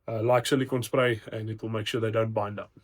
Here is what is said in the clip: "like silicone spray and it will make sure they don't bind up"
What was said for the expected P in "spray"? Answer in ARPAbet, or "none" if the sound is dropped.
P